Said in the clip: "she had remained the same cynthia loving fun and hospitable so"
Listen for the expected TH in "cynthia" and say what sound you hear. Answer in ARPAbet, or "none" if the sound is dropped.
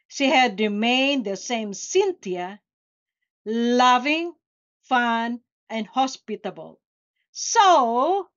T